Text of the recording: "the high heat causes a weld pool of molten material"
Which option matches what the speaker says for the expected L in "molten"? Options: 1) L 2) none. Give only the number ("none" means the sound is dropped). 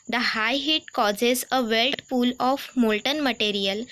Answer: 1